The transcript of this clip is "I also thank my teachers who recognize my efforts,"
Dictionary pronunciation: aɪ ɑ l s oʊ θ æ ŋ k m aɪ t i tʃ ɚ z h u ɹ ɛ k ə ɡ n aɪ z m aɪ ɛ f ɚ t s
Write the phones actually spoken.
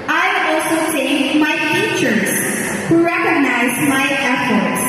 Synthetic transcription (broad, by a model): aɪ ɑ l s oʊ s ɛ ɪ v m aɪ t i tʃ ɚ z h u ɹ ɛ k ə ɡ n aɪ z m aɪ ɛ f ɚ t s